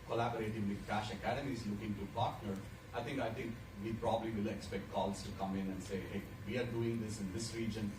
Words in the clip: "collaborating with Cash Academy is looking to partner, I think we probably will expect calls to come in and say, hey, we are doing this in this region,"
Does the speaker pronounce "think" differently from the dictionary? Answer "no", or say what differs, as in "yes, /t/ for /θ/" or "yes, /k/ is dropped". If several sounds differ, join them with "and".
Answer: yes, /t/ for /θ/